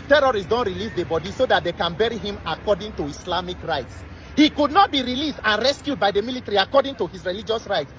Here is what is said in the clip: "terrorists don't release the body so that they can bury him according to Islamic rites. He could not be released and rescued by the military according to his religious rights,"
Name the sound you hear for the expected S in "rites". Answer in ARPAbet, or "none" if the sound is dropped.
S